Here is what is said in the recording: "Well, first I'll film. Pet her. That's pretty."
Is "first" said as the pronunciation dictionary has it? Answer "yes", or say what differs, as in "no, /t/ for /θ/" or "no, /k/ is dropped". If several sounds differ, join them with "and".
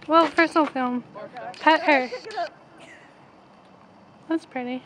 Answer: no, /p/ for /f/